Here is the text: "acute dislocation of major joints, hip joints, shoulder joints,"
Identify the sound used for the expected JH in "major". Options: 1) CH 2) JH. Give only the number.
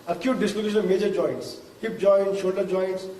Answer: 2